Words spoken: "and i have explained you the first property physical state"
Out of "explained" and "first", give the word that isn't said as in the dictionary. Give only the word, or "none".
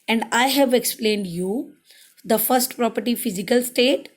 none